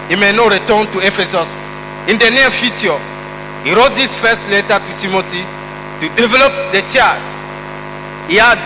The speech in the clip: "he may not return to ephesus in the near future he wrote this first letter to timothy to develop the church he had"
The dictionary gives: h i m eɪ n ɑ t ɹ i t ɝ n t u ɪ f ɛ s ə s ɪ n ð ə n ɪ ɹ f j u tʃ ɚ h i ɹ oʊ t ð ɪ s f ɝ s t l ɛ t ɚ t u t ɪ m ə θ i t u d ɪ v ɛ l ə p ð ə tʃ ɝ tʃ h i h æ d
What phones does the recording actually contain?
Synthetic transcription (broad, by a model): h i m eɪ n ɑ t ɹ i t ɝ n t u ɪ f ɛ s ə s ɪ n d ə n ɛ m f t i ɔ h i ɹ oʊ t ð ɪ s f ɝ s t l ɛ t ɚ t u t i m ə t i t u d ɪ v ɛ l ə p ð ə tʃ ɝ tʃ h i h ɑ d